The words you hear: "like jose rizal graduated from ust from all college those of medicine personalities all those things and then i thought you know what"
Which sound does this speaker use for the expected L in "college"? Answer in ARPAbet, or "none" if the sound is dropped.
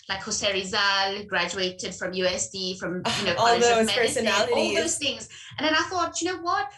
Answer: N